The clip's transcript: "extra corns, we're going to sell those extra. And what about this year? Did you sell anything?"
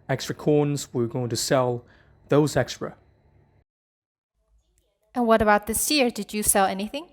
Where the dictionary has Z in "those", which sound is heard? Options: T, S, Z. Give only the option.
Z